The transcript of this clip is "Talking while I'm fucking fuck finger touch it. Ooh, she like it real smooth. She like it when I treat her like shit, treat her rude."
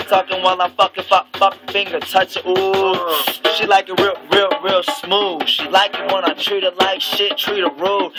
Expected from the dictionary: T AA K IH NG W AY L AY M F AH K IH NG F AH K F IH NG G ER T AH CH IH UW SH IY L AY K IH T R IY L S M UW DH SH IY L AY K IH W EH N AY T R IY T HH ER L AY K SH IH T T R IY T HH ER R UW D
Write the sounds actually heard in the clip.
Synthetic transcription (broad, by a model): T AA K IH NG W AY L AY F AH K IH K F AH K F IH NG G ER T AH CH IH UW SH IY L AY K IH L R IY L S M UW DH SH IY L AY K IH W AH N AY T R IY T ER L AY K SH IH T T R IY T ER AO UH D